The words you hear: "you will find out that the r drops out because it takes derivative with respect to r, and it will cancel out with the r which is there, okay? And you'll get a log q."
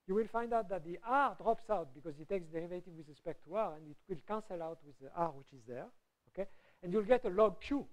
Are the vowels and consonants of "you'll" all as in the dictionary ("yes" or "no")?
yes